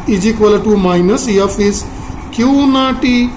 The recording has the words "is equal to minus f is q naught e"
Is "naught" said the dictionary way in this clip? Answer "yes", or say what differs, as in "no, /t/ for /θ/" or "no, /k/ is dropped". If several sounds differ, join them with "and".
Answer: yes